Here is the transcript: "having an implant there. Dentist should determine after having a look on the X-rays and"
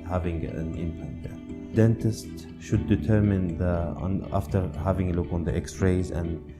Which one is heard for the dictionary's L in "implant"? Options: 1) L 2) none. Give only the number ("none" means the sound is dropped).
2